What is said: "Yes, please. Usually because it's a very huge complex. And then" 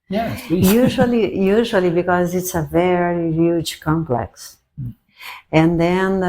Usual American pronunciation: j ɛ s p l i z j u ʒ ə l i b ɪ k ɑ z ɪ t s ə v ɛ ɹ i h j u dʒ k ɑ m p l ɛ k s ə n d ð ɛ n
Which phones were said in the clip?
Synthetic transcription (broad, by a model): j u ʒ l i j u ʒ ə l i b ɪ k ɑ z ɪ t s ə v ɛ ɹ i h j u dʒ k ɑ m p l ɛ k s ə n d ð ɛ n